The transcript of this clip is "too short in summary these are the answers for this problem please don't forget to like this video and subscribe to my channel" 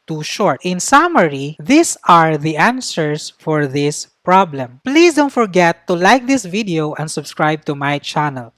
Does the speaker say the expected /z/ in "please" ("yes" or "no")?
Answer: no